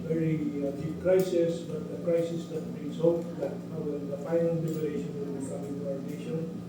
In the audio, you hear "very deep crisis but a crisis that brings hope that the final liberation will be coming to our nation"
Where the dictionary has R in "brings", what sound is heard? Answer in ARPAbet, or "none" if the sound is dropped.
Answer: none